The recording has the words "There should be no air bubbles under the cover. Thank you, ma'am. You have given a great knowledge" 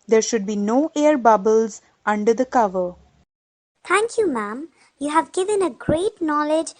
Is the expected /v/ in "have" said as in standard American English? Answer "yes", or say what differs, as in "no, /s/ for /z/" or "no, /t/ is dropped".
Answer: yes